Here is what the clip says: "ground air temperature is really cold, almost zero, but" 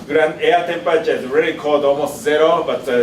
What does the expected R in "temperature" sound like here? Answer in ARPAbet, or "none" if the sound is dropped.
none